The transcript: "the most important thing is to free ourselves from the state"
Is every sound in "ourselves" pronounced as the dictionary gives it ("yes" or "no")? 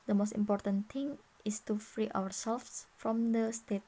no